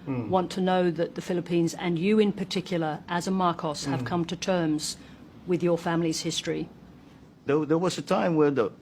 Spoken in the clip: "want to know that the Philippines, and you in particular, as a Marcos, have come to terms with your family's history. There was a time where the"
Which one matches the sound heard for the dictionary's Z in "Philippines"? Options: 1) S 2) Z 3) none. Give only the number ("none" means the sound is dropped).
2